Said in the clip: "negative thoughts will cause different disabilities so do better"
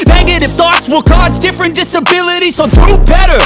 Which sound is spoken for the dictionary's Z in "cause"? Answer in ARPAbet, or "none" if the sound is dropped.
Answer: Z